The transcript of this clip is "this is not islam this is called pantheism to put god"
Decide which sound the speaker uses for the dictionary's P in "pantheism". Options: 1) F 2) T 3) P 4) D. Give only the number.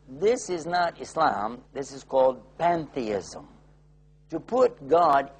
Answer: 3